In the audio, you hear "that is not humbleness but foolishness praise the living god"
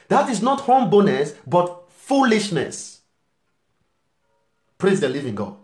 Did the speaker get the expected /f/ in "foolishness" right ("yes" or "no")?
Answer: yes